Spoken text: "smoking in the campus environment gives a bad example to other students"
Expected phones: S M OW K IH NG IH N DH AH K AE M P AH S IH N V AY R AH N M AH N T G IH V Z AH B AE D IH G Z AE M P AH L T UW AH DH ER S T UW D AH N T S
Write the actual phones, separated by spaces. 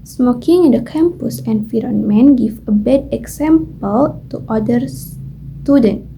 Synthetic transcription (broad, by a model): S M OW K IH NG IH N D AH K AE M P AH S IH N F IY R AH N M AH N G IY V AH B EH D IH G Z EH M P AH L T UW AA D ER S T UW D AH N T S